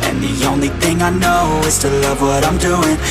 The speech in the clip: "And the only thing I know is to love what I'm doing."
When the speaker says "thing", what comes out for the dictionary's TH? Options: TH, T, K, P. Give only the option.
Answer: TH